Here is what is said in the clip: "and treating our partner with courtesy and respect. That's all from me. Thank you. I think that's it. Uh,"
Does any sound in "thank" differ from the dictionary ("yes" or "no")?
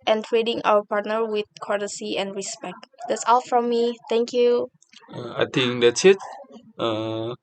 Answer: yes